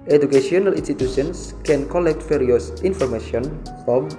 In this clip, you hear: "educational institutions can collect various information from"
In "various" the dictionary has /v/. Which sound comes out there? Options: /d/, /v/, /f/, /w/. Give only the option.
/f/